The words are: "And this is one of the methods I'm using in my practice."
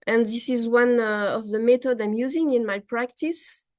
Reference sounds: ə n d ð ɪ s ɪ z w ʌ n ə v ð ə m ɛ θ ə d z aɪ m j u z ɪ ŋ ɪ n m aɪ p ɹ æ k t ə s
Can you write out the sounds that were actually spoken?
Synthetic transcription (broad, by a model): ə n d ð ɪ s ɪ z w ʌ n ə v ð ə m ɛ t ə d aɪ m j u z ɪ ŋ ɪ n m aɪ p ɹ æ k t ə s